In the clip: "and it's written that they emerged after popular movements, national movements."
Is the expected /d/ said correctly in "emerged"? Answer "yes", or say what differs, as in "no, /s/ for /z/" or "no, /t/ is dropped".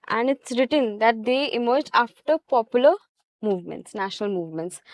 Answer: no, /d/ is dropped